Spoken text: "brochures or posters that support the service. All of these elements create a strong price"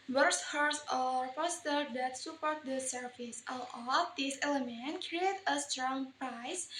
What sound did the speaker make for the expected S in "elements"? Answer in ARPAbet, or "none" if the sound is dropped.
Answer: none